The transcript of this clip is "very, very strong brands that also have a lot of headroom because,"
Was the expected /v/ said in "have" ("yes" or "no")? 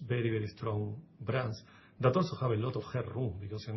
no